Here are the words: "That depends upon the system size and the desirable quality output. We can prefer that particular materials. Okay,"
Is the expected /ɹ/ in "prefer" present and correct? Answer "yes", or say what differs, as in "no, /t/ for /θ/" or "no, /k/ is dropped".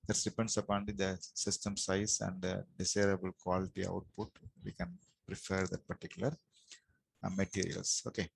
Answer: yes